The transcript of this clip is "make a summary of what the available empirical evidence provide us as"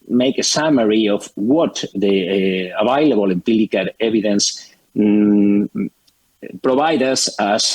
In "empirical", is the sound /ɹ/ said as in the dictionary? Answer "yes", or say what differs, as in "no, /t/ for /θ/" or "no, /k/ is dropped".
no, /l/ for /ɹ/